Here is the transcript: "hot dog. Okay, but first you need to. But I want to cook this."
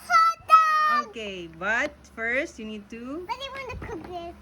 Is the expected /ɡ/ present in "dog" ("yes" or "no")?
no